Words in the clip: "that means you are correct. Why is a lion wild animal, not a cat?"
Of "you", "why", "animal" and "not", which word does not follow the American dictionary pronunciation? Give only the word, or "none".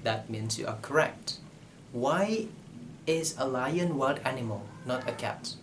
none